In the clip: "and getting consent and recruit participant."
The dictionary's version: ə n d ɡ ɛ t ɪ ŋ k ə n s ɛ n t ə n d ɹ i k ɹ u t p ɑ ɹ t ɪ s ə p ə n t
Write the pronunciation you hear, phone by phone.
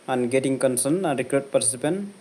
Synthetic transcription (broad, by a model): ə n ɡ ɛ t ɪ ŋ k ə n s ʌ n ə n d ɹ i k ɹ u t p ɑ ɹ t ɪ s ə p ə n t